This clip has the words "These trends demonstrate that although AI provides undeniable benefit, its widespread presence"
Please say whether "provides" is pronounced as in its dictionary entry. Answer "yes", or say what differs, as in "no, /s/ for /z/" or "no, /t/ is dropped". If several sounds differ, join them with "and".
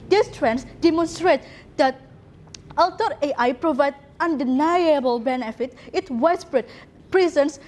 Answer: no, /z/ is dropped